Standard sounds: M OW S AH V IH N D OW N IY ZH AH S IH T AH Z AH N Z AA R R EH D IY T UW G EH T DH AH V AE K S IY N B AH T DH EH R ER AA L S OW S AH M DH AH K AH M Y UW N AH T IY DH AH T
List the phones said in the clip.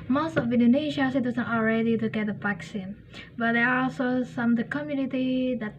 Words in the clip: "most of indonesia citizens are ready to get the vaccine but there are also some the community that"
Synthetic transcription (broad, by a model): M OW S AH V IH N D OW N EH SH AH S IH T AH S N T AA L R EH D IY T UW G EH T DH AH P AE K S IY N B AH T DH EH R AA AA L S OW S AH M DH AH K AH M Y UW N AH T IY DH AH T